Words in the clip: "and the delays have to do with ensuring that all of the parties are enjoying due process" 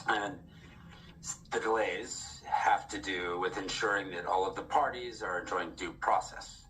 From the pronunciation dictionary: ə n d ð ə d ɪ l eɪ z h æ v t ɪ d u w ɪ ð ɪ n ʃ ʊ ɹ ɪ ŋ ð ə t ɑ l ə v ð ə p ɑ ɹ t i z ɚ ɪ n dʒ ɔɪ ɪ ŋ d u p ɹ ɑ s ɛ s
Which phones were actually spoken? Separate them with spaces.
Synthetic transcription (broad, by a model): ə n ð ə d ɪ l eɪ z h æ f t ɪ d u w ɪ ð ɪ n ʃ ʊ ɹ ɪ ŋ ð ə t ɑ l ə v ð ə p ɑ ɹ t i z ɚ ɪ n dʒ ɔɪ ɪ ŋ d u p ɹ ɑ s ɛ s